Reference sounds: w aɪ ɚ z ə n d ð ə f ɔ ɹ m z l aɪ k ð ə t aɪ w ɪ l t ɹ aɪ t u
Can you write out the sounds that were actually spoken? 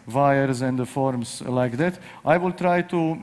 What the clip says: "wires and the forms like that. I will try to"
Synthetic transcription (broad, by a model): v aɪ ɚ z ə n d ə f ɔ ɹ m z l aɪ k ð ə t aɪ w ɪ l t ɹ aɪ t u